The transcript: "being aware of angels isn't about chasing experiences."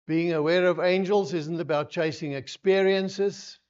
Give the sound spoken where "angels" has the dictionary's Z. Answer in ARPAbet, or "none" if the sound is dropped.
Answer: Z